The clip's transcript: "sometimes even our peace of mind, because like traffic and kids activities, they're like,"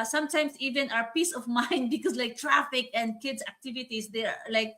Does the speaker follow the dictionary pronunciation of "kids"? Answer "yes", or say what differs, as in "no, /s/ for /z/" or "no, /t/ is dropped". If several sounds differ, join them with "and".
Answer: no, /s/ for /z/